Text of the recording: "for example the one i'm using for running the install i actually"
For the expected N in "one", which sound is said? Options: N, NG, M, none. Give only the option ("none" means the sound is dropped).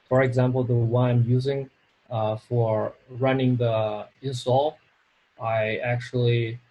none